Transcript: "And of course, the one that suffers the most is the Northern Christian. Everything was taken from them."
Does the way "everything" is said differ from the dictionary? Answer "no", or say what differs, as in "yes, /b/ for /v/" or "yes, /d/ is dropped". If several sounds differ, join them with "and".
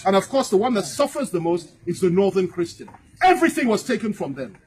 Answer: no